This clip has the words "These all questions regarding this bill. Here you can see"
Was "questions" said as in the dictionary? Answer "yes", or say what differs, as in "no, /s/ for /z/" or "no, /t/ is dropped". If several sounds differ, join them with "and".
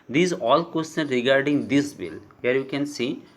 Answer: no, /z/ is dropped